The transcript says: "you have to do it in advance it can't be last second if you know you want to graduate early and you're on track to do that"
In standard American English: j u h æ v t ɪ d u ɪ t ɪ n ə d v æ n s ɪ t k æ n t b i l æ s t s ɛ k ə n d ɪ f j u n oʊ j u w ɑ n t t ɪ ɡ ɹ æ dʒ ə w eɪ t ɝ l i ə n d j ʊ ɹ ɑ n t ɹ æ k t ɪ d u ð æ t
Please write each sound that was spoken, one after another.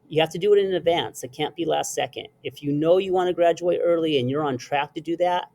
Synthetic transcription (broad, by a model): j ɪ h æ f t ɪ d ɪ t ɪ n ə d v æ n s ɪ t k æ n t b i l æ s t s ɛ k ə n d ɪ f j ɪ n oʊ j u w ɑ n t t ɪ ɡ ɹ æ dʒ ə w eɪ t ɝ l i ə n j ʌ ɹ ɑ n t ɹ æ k t ɪ d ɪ ð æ t